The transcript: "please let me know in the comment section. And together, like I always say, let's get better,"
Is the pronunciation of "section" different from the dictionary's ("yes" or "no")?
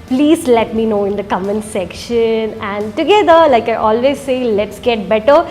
no